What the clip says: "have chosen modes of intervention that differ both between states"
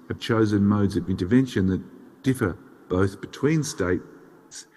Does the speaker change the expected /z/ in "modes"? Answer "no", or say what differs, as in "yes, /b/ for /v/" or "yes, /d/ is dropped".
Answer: no